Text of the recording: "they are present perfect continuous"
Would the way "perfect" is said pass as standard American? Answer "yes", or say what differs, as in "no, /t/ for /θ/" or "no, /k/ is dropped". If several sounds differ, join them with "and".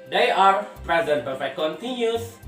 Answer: no, /b/ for /p/